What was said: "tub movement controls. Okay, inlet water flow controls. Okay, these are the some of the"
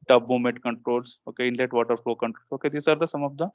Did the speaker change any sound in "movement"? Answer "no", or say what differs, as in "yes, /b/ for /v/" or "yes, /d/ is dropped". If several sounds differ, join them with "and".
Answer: yes, /v/ is dropped